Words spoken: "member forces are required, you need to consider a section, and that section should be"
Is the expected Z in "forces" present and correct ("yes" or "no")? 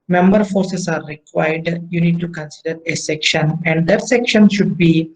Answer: no